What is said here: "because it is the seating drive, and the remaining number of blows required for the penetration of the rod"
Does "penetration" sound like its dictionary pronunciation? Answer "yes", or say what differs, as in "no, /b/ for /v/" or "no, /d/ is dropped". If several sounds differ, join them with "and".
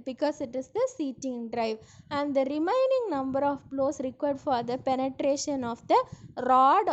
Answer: yes